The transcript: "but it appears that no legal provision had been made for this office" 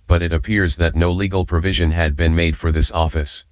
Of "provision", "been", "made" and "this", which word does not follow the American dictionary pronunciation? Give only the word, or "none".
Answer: none